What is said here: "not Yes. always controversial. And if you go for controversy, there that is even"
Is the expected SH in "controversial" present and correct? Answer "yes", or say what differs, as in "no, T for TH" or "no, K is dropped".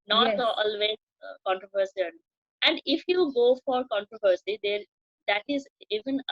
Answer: no, S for SH